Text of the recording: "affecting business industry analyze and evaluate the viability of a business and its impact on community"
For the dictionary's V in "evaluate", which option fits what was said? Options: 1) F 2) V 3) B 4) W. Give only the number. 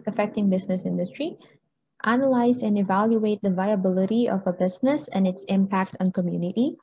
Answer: 2